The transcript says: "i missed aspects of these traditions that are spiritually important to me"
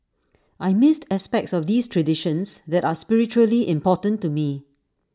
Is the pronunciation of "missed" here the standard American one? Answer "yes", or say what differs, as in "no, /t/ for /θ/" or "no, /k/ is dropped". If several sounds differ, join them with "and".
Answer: yes